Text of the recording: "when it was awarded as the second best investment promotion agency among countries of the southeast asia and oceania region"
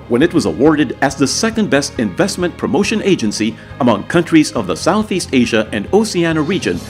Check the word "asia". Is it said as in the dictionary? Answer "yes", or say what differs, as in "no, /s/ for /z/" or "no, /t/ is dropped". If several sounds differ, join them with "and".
yes